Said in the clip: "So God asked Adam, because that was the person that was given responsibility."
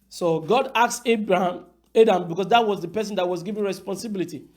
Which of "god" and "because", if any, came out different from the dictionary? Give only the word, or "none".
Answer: because